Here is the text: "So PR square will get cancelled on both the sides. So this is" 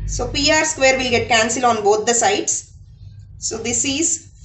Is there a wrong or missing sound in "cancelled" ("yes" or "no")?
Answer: yes